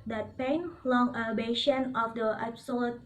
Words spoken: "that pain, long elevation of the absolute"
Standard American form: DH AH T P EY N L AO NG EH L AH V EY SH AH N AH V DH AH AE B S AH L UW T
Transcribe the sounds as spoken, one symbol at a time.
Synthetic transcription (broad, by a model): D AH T P EY N L AO NG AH B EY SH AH N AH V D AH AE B S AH L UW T